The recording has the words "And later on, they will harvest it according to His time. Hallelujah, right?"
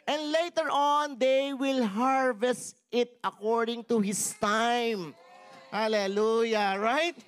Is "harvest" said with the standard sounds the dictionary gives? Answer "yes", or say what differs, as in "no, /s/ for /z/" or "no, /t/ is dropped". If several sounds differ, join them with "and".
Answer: yes